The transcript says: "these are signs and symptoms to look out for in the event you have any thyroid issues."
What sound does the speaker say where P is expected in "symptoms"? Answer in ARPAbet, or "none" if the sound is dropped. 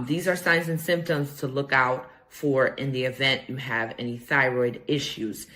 P